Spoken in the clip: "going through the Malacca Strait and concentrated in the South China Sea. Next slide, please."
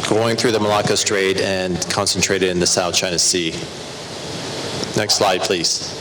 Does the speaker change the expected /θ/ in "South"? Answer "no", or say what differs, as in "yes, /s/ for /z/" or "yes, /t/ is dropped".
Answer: no